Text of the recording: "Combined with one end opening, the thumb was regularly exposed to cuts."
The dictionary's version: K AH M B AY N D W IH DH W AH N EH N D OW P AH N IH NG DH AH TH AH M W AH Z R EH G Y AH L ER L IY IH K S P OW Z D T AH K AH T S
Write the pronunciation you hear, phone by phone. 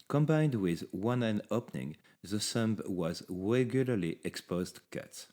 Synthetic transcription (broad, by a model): K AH M B AY N D W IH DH W AH N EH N OW P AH N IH NG DH AH S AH M W AH Z R EH G Y AH L ER L IY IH K S P OW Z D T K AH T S